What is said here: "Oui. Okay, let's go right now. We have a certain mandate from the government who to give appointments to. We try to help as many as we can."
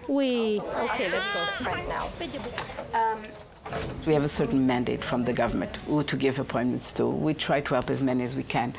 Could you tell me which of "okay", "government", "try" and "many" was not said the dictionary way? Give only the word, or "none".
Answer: none